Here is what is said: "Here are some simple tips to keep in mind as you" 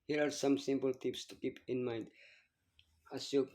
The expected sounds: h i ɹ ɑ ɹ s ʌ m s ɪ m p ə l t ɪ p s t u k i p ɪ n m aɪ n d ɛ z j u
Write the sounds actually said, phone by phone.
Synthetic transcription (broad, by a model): h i ɹ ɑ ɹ s ʌ m s ɪ m p ə l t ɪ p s t u k i p ɪ n m aɪ n d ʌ s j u